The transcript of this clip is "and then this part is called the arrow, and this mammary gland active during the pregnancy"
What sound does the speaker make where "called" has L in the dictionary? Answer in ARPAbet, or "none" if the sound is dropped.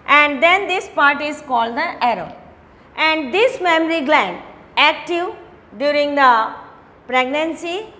L